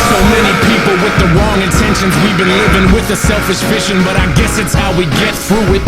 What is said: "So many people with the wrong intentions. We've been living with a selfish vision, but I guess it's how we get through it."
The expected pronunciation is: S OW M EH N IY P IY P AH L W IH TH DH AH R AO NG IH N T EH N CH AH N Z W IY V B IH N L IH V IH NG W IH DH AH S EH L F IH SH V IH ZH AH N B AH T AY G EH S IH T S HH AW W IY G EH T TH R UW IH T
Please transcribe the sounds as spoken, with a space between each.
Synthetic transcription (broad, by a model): S OW M EH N IY P IY P L W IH DH AH R AO NG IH N T EH N SH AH N Z W IY V B IH N L IH V IH NG W IH DH AH S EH L F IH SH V IH SH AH N B AH T AY G EH S IH T S HH AW W IY G EH T TH R UW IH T